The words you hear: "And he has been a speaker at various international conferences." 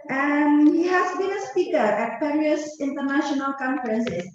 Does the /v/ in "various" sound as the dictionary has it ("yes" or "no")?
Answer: no